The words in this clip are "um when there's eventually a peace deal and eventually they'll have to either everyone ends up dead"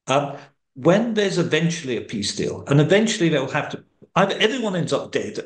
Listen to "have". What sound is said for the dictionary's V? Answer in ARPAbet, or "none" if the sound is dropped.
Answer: F